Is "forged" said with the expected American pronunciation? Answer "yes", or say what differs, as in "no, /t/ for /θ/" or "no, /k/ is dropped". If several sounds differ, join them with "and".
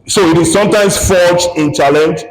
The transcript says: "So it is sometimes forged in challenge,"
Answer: no, /d/ is dropped